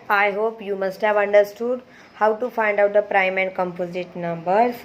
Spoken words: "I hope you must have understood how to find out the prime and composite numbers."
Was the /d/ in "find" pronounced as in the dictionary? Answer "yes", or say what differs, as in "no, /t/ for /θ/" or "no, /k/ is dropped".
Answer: yes